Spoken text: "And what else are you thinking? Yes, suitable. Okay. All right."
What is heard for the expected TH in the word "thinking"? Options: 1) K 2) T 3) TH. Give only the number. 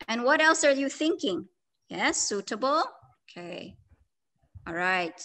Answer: 3